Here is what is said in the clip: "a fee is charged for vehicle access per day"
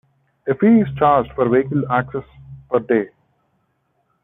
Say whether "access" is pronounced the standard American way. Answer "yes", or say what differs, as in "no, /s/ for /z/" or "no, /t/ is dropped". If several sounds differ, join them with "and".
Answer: yes